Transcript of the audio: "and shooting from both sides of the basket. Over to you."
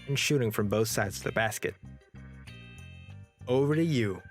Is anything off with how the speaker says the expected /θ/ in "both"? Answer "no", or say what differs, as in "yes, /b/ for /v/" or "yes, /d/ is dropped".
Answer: no